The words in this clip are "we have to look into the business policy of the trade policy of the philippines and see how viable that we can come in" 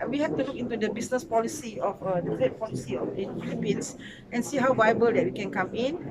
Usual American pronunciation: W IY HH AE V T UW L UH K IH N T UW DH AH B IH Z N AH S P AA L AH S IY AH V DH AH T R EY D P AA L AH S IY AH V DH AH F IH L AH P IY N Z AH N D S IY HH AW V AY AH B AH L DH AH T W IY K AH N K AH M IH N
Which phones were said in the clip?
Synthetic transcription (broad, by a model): W IY HH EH F T UW L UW K IH N T UW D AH B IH S N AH S P AA L AH S IY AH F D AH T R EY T P AA L AH S IY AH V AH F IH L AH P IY N S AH N S IY HH AW V AY AH B AH L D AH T W IY K AH N K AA M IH N